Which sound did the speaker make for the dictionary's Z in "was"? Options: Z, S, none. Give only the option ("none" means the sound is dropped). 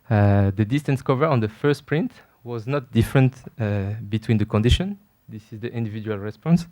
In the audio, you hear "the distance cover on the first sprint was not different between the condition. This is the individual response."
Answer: Z